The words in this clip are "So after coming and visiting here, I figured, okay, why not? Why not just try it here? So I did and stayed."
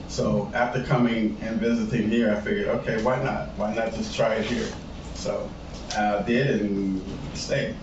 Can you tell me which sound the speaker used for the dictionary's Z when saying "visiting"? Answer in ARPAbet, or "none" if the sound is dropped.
Z